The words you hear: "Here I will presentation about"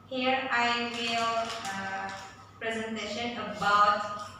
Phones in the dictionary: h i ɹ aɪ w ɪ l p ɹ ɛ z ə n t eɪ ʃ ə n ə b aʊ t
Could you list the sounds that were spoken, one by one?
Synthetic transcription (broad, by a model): h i ɹ aɪ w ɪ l p ɹ ɛ z ə n t eɪ ʃ ə n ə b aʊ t